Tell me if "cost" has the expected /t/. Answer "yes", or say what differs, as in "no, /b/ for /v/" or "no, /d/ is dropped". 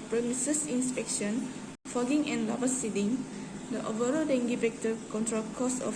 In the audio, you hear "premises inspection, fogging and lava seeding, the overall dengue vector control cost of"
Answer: no, /t/ is dropped